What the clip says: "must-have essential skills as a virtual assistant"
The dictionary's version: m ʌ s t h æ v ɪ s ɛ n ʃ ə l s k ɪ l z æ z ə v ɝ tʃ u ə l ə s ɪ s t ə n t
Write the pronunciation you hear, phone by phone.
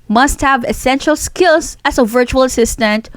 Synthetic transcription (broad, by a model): m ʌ s t h æ v ɪ s ɛ n ʃ ə l s k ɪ l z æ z ə v ɝ tʃ u ə l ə s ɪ s t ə n t